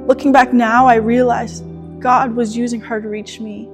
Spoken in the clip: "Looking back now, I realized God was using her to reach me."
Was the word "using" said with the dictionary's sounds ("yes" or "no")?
yes